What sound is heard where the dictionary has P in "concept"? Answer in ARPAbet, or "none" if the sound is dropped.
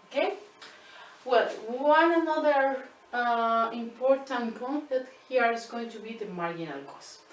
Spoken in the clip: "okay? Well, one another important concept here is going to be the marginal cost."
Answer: none